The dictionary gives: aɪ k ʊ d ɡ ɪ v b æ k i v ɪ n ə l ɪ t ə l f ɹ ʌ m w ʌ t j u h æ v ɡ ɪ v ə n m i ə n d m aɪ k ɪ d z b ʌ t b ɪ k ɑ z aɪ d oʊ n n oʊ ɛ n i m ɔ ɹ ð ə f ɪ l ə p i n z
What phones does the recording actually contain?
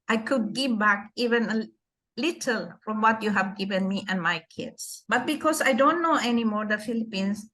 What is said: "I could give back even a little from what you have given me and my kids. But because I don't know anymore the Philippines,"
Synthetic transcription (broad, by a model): aɪ k ʊ d ɡ ɪ v b æ k i v ɪ n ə l ɪ t ə l f ɹ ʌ m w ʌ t j u h æ v ɡ ɪ v ə n m i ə n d m aɪ k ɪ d s b ʌ t b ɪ k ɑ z aɪ d oʊ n n oʊ ɛ n i m ɔ ɹ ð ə f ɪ l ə p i n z